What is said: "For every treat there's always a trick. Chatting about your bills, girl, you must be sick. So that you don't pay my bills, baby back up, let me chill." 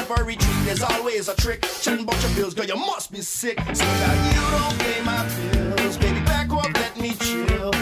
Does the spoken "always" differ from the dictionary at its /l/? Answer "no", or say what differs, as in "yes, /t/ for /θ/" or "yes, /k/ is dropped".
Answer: no